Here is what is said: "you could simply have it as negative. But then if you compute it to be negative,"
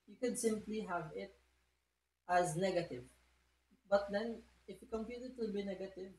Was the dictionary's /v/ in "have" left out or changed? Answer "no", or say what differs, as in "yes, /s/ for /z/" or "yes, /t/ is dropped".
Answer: no